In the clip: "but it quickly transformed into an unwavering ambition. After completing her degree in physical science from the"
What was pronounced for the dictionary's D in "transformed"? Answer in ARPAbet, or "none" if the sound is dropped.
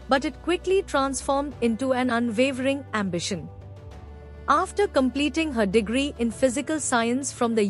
D